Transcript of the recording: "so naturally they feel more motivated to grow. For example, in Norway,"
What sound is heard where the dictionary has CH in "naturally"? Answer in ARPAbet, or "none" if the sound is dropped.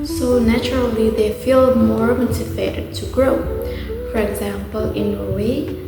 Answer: CH